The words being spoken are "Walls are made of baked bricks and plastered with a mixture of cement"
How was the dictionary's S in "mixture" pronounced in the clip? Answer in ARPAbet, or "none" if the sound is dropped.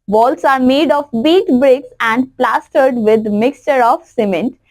S